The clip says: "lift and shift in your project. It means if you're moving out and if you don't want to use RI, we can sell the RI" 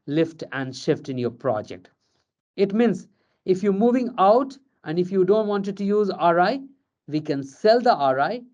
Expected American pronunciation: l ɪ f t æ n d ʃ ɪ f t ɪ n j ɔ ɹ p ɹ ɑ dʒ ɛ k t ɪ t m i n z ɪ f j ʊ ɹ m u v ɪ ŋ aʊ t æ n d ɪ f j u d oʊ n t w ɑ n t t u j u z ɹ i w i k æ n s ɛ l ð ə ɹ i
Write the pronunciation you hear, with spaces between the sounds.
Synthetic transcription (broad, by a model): l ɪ f t æ n d ʃ ɪ f t ɪ n j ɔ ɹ p ɹ ɑ dʒ ɛ k t ɪ t m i n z ɪ f j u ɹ m u v ɪ ŋ aʊ t æ n d ɪ f j u d oʊ n t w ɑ n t t u j u z ɹ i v i k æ n s ɛ l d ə ɹ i